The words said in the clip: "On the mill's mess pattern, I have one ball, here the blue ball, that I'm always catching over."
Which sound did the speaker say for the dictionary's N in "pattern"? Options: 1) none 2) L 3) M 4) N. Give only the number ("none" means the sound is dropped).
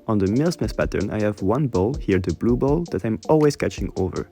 4